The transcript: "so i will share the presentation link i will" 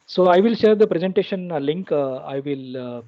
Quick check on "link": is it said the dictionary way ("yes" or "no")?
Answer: yes